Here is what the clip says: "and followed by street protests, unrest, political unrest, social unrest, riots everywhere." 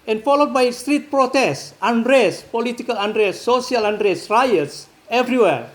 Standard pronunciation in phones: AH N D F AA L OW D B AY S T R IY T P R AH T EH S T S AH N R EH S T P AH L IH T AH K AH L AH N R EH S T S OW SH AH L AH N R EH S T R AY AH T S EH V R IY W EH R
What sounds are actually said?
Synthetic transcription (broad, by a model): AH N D F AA L OW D B AY S T R IY T P R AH T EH S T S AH N R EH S P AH L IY T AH K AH L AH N R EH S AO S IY AH L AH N R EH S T R AY AH T S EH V R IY W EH R